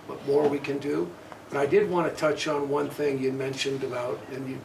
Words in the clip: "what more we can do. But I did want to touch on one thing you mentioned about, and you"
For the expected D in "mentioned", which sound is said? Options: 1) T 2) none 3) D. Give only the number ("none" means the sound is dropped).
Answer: 3